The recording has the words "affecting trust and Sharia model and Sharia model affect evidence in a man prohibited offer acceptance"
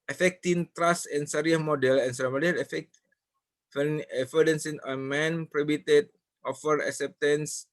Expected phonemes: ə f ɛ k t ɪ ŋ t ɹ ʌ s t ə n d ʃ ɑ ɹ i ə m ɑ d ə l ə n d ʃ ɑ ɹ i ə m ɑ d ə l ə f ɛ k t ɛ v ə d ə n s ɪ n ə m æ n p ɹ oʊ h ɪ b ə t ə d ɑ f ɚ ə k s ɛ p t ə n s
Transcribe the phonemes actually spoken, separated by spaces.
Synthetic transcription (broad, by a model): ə f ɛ k t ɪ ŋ t ɹ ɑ s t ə n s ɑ ɹ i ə m ɑ d ə l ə n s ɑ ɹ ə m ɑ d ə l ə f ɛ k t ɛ f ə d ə n s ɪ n ə m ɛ n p ɹ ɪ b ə t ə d ɑ f ɚ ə k s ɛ p t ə n s